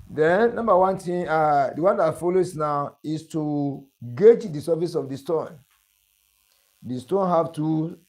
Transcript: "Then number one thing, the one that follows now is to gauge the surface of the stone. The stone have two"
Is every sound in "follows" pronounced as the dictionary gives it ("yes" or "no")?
no